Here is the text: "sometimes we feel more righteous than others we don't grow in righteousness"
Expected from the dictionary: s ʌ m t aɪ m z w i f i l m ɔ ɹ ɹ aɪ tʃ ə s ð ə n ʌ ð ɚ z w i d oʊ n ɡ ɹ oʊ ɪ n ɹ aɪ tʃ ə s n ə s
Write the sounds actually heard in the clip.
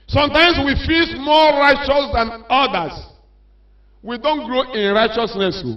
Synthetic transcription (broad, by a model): s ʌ m t aɪ m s w i f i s m ɔ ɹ ɹ aɪ tʃ ə s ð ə n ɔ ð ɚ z w i d oʊ n ɡ ɹ oʊ ɪ n ɹ aɪ tʃ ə s n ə s